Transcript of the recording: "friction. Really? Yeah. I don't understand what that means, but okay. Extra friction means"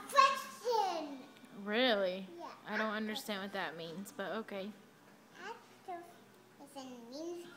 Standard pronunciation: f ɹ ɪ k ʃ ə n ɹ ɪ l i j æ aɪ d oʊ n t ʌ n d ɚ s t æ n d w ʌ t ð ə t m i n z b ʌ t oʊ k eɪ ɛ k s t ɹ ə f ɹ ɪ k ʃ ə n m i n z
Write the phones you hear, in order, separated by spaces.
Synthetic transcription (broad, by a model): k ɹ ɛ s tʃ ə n ɹ ɪ l i j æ aɪ d oʊ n t ʌ n d ɚ s t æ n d w ʌ t ð ə t m i n z b ʌ t oʊ k eɪ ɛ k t ə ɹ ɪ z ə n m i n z